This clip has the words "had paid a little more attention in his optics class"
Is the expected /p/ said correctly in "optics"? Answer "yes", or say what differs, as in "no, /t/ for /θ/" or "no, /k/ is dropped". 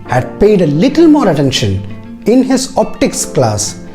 yes